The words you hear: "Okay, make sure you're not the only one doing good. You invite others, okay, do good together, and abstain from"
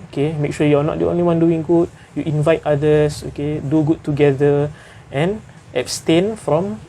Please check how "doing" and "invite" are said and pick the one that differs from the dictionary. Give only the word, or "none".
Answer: none